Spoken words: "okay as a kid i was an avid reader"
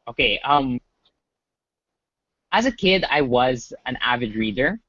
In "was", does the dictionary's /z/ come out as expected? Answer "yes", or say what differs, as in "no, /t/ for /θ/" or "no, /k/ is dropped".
yes